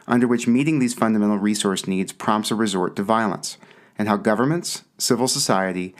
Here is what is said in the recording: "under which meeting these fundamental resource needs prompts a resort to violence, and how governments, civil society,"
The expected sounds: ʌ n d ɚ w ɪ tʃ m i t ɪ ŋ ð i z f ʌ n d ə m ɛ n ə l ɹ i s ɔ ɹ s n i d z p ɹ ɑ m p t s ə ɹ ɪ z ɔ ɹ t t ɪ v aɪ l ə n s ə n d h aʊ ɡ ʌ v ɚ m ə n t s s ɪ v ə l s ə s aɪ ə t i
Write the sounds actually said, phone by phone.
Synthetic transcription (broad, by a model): ʌ n d ɚ w ɪ tʃ m i t ɪ ŋ ð i z f ʌ n d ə m ɛ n l ɹ i s ɔ ɹ s n i d z p ɹ ɑ m p t s ə ɹ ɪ z ɔ ɹ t t ɪ v aɪ l ə n s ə n h aʊ ɡ ʌ v ɚ m ə n t s s ɪ v l s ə s aɪ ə t i